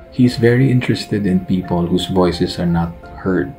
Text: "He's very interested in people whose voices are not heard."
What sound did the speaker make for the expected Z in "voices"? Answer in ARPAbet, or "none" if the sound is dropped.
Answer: S